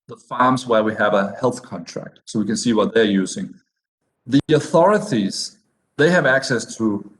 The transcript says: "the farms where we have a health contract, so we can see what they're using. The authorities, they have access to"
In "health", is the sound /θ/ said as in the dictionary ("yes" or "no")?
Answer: yes